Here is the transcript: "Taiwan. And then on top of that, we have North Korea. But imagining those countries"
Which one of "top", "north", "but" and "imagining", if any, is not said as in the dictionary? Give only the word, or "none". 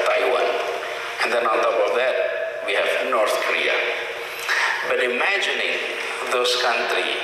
top